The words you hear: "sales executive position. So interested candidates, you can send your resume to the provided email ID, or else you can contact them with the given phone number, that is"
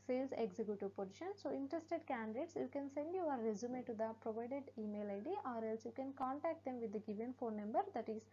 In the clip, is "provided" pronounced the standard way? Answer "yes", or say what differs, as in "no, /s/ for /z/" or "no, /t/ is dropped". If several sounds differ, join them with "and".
yes